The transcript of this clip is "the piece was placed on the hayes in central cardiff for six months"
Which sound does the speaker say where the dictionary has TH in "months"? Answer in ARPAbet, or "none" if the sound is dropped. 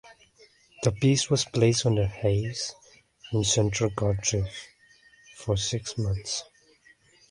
TH